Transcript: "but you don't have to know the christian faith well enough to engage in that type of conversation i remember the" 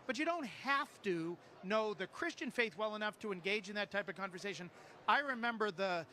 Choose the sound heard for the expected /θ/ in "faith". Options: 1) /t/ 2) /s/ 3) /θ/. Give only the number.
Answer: 3